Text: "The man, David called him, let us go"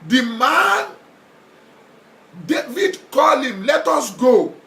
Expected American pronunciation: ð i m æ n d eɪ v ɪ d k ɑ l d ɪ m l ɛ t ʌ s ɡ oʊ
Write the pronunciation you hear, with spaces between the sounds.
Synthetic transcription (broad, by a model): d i m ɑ n d eɪ v ɪ d k ɑ l ɪ m l ɛ t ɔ s ɡ oʊ